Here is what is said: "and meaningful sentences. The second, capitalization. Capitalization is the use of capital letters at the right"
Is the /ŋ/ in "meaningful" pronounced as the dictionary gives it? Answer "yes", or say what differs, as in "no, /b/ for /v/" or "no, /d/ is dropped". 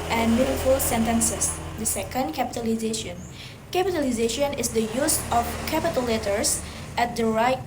no, /ŋ/ is dropped